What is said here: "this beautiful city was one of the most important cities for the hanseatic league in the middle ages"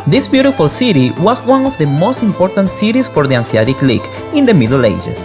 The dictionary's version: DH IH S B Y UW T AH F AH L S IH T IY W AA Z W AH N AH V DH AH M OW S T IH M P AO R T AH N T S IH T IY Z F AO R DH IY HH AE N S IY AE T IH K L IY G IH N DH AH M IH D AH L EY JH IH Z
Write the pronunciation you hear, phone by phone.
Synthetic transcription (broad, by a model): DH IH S B Y UW T AH F AH L S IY T IY W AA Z W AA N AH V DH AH M OW S T IH M P AO R T AH N T S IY T IY S F AO R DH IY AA N S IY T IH K L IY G IH N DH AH M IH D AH L EY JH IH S